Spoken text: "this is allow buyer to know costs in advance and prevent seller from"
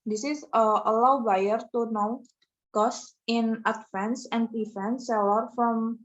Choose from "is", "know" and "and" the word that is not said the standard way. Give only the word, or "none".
is